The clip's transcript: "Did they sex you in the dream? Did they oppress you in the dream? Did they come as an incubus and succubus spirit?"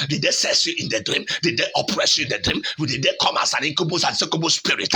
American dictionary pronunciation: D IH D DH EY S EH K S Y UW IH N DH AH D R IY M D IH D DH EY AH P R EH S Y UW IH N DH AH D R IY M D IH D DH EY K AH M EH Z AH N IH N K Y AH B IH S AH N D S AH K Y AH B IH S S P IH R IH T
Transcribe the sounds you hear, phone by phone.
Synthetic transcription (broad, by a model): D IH D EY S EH S Y UW IH N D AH D R IY M D IH D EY AH P R EH S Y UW IH N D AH D R IY M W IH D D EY K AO M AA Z AH N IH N K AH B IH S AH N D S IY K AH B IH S S P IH R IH T